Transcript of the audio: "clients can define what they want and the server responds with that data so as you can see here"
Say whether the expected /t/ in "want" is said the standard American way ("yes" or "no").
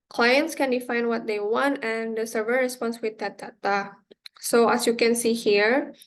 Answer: yes